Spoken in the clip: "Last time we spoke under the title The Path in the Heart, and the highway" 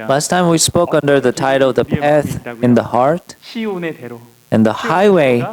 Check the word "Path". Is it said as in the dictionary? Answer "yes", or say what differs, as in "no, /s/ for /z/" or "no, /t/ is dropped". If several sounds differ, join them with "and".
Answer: yes